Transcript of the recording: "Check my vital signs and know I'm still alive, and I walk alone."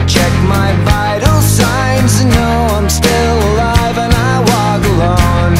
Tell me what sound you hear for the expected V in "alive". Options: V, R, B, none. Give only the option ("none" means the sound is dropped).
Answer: V